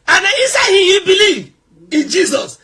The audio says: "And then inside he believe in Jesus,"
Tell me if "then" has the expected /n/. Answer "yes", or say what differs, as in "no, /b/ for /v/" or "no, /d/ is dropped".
no, /n/ is dropped